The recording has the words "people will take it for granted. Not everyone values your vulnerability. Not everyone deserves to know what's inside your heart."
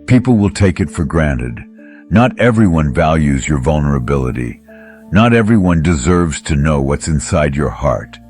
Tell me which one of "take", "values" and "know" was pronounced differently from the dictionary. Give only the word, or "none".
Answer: none